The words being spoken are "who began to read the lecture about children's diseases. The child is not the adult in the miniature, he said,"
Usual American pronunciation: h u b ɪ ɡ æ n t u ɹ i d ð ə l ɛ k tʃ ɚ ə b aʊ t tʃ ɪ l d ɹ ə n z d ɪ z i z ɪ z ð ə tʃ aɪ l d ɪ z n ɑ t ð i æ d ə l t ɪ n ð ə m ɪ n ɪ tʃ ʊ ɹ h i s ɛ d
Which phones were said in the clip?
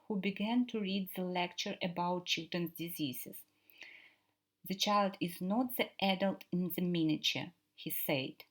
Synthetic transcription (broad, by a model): h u b ɪ ɡ æ n t u ɹ i d ð ə l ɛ k tʃ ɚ ə b aʊ t tʃ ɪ l d ɹ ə n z d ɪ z i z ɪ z ð ə tʃ aɪ l d ɪ z n ɑ t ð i æ d ə l t ɪ n ð ə m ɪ n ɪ tʃ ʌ ɹ h i s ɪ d